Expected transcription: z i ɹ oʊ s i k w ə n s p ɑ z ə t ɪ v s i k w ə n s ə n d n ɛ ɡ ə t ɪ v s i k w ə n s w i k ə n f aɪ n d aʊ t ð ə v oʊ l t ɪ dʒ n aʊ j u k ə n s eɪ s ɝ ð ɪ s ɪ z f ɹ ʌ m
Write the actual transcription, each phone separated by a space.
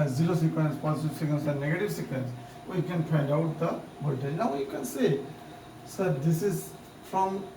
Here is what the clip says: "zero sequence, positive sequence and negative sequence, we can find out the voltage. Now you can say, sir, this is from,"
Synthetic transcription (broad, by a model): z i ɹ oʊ s i k w ə n s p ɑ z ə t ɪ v s i k w ə n s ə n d n ɛ ɡ ə t ɪ v s i k w ə n s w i k ə n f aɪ n d aʊ t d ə b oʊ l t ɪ n aʊ j u k ə n s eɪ s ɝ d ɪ s ɪ z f ɹ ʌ m